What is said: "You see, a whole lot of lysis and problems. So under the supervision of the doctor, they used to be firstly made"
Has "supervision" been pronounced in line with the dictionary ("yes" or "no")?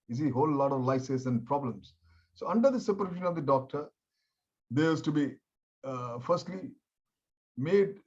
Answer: no